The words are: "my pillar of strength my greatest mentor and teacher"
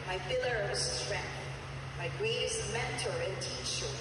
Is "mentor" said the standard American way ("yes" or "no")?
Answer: yes